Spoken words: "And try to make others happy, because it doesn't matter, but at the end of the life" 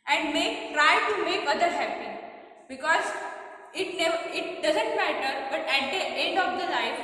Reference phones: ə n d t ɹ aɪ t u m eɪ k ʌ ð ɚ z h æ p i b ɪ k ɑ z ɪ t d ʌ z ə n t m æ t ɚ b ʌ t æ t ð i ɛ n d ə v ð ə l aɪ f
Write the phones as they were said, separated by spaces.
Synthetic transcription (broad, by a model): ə n d t ɹ aɪ t u m eɪ k ʌ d ɚ h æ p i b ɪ k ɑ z ɪ t d ʌ z ə n t m æ t ɚ b ʌ t æ t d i ɛ n d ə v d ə l aɪ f